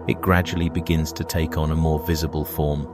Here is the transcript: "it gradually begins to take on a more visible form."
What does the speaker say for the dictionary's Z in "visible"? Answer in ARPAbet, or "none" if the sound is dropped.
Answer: Z